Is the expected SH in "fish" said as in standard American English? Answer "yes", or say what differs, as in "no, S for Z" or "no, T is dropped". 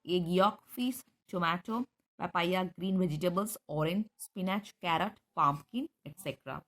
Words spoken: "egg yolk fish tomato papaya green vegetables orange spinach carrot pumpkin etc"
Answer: no, S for SH